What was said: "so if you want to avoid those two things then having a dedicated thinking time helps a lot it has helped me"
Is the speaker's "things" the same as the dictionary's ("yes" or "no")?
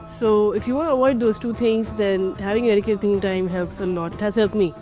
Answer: no